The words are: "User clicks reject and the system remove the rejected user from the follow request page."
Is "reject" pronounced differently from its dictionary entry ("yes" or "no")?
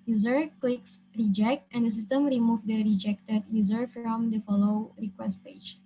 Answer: no